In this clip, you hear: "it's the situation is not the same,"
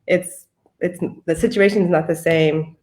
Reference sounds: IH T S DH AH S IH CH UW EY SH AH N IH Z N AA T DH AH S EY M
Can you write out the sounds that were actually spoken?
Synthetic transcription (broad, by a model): IH T S DH AH S IH CH UW EY SH AH N IH Z N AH T DH AH S EY M